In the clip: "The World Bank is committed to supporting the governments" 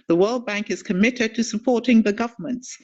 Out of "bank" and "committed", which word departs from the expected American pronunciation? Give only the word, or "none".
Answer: none